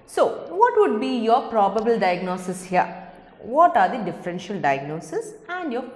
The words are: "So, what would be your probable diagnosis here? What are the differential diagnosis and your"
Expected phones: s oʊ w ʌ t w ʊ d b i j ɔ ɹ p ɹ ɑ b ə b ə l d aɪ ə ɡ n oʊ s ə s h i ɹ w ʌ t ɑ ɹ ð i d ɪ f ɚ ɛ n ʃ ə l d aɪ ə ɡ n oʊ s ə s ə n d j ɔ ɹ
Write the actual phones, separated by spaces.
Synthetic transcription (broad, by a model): s oʊ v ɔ t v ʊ d b i j ɔ ɹ p ɹ ɑ b ə b ə l d aɪ ə ɡ n oʊ s ə s h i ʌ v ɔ t ɑ ɹ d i d ɪ f ɚ ɛ n ʃ ə l d aɪ ə ɡ n oʊ s ə s ə n d j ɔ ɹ